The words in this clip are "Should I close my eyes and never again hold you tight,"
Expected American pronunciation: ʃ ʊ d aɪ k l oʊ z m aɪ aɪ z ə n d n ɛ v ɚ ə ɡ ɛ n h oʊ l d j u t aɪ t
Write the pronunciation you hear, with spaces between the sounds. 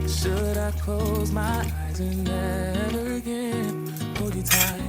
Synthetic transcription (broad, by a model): ʃ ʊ d aɪ k l oʊ z m aɪ aɪ z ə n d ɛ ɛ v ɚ ə ɡ ɛ n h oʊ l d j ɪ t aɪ